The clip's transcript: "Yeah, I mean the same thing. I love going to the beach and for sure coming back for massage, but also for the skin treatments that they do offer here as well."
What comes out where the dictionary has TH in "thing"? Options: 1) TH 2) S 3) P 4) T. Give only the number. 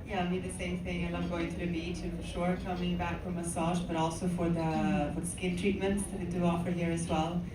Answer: 1